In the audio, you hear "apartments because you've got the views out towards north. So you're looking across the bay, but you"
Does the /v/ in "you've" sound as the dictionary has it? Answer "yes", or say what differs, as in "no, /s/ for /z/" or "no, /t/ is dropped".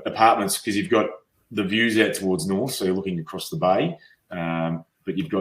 yes